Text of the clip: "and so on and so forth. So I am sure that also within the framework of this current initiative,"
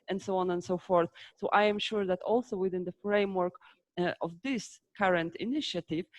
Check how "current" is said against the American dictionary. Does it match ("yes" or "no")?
yes